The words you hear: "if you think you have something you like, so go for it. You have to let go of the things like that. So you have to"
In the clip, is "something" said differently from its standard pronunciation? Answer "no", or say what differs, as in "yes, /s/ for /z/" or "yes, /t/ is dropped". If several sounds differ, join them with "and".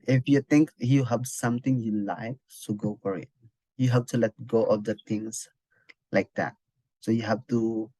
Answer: yes, /t/ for /θ/